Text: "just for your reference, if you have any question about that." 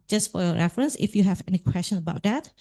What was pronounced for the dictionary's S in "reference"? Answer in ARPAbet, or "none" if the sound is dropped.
S